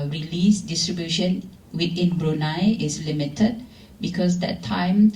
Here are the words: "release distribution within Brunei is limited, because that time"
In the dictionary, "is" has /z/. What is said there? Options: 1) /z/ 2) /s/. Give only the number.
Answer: 2